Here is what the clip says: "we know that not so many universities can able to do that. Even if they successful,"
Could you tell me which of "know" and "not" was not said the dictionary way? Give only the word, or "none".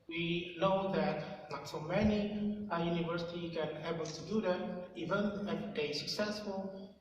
not